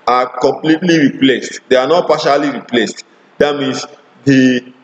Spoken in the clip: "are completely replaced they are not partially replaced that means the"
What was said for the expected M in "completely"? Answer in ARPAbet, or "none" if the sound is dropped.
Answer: M